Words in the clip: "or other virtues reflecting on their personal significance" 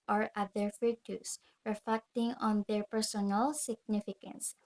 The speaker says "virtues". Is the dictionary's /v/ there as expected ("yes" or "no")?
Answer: no